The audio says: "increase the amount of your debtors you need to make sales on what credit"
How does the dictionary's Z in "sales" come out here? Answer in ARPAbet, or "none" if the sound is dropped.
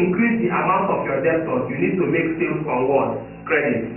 none